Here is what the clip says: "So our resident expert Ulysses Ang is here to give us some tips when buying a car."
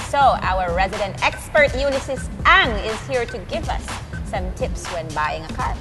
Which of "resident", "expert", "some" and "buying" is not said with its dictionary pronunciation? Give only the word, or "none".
none